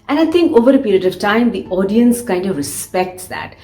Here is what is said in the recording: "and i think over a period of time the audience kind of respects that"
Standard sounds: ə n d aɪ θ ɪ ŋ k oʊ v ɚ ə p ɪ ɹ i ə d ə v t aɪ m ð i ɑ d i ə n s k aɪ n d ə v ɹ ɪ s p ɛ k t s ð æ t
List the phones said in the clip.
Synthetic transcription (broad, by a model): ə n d aɪ t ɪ ŋ k oʊ v ɚ ə p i ɹ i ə d ə v t aɪ m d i ɑ d i ə n s k aɪ n d ə v ɹ ɪ s p ɛ k t s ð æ t